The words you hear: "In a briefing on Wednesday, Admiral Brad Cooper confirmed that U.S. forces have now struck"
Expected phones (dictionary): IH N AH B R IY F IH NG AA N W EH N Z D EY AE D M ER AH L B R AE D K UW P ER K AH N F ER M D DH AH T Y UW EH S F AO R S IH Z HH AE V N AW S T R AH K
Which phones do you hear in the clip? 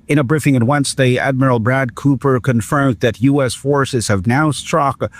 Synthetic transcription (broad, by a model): IH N AH B R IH F IH NG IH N W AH N S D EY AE D M ER L B R AE D K UW P ER K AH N F ER M DH AH T Y UW EH S F AO R S IH Z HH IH V N AW S T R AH K